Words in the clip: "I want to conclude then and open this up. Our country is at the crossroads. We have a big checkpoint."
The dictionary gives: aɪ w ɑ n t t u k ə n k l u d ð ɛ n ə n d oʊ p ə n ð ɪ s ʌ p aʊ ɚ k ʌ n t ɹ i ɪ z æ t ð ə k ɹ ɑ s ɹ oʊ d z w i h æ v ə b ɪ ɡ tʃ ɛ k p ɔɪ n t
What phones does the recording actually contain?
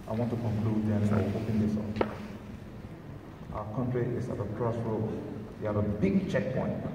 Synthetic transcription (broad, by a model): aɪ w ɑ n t t u k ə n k l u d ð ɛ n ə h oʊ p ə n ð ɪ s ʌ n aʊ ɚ k ʌ n t ɹ i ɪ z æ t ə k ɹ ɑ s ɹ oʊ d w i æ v ə b ɪ ɡ tʃ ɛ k p ɔɪ n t